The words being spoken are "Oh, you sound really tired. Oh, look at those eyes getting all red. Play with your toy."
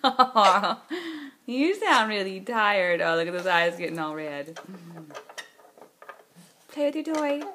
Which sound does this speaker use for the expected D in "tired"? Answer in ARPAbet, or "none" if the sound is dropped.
D